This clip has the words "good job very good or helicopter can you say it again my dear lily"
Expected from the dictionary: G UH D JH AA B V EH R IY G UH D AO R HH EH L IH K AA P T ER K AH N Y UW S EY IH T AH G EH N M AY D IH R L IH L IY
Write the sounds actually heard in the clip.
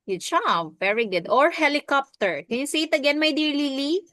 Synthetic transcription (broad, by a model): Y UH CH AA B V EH R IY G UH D AO R HH EH L IH K AA P T ER K AH N Y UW S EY IH T AH G EH N M AY D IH R L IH L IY